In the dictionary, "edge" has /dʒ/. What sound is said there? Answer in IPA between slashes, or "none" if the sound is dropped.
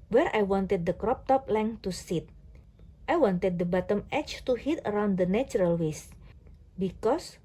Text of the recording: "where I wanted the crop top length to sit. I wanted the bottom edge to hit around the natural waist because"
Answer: /tʃ/